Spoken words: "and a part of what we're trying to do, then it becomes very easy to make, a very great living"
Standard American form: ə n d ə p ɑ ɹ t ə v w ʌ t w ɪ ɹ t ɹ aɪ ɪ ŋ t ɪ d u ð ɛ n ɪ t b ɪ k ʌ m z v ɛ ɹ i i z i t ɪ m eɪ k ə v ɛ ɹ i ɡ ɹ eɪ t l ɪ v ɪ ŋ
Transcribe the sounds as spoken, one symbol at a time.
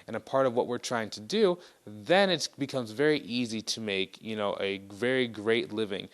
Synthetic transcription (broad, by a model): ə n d ə p ɑ ɹ t ə v w ʌ t w ɪ ɹ t ɹ aɪ ɪ ŋ t ɪ d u ð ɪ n ɪ t b ɪ k ʌ m z v ɛ ɹ i i z i t ɪ m eɪ k ə v ɛ ɹ i ɡ ɹ eɪ t l ɪ v ɪ ŋ